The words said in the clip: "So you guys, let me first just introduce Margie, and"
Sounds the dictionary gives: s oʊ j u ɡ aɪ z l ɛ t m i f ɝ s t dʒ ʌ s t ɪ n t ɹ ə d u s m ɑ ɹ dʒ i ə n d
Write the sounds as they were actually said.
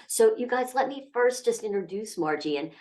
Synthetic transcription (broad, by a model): s oʊ j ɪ ɡ aɪ z l ɛ t m i f ɝ s t dʒ ʌ s t ɪ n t ɹ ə d u s m ɑ ɹ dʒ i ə n